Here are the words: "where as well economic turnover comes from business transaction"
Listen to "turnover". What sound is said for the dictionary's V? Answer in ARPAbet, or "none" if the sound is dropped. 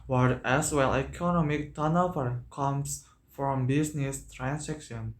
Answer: P